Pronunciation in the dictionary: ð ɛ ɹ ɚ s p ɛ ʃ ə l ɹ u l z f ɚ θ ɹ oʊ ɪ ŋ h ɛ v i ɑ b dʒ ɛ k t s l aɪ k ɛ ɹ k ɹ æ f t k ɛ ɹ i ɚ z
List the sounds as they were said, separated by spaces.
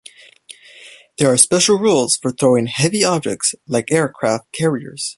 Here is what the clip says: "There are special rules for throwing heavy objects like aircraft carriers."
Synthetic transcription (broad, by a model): ð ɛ ɹ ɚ s p ɛ ʃ l ɹ u l z f ɚ θ ɹ oʊ ɪ ŋ h ɛ v i ɑ b dʒ ɛ k t s l aɪ k ɛ ɹ k ɹ æ f t k ɛ ɹ i ɚ z